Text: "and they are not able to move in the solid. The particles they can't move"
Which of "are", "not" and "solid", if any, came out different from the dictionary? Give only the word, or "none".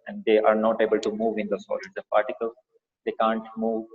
solid